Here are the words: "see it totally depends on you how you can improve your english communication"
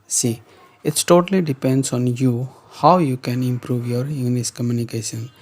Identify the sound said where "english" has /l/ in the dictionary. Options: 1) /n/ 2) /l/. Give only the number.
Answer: 1